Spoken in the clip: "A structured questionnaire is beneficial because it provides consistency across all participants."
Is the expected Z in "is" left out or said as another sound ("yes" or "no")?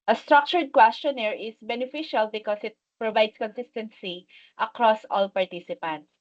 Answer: yes